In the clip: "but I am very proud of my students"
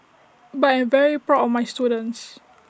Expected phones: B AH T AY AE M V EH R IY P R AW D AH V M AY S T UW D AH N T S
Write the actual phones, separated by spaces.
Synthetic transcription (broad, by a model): B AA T AY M V EH R IY P R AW AH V M AY S T UW D AH N T S